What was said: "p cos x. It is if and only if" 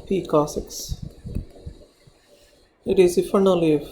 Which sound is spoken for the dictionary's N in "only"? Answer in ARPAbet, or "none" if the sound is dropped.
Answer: none